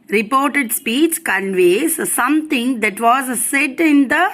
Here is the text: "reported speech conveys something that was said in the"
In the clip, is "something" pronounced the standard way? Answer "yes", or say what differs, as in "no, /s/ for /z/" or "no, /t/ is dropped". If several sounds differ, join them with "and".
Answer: no, /t/ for /θ/